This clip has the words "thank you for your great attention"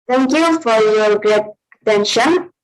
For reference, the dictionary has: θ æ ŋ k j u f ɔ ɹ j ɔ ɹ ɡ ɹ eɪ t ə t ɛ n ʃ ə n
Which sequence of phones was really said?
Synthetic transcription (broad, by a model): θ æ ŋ k j u f ɔ ɹ j ɔ ɹ ɡ ɹ eɪ t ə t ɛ n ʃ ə n